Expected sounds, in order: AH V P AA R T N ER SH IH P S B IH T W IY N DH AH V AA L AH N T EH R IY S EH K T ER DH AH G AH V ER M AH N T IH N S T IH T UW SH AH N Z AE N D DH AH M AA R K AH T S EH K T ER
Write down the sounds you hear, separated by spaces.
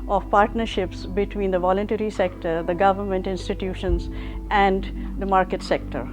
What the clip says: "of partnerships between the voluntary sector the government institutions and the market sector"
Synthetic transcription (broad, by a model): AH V P AA R T N ER SH IH P S B IH T W IY N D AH V AA L AH N T EH R IY S EH K T ER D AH G AH V ER M AH N T IH N S T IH T UW SH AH N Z AE N D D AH M AA R K AH T S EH K T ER